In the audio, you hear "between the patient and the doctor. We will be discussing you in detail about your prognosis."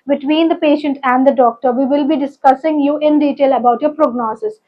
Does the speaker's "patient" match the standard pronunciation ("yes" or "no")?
yes